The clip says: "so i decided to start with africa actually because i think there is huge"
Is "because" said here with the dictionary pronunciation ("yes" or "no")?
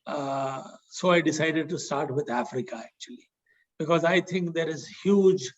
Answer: yes